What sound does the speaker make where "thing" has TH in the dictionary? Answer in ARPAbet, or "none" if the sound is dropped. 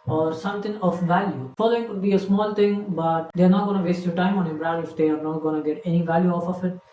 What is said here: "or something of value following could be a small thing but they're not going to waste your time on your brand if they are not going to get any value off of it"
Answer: T